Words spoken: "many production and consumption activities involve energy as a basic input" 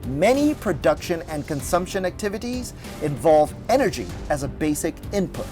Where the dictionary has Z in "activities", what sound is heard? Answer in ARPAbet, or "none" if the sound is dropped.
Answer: Z